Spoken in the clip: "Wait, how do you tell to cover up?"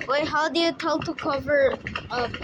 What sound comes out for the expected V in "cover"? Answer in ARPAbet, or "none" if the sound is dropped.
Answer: V